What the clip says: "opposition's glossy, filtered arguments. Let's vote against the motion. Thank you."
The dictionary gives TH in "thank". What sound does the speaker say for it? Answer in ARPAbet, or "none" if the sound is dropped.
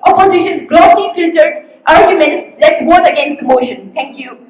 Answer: T